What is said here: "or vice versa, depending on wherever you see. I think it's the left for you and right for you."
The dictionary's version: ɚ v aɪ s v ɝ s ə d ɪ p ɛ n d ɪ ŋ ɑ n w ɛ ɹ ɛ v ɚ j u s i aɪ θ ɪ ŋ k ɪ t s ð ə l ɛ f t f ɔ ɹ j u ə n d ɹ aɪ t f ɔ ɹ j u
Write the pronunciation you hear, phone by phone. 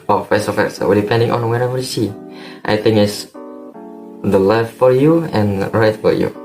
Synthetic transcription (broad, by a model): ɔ f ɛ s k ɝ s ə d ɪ p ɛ n d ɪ ŋ ɑ n w ɛ ɹ ɛ v ɚ j u s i aɪ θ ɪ ŋ ɪ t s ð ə l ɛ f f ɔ ɹ j u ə n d ɹ aɪ t f ɔ ɹ j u